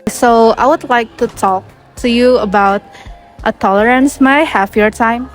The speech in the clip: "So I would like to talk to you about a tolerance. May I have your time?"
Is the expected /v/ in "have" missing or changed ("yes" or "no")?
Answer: yes